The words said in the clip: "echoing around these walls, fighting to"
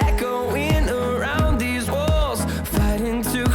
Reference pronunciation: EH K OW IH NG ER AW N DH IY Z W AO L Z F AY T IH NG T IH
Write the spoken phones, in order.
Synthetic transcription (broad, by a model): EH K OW IH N ER AW N DH IY Z W AO L Z F AY T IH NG T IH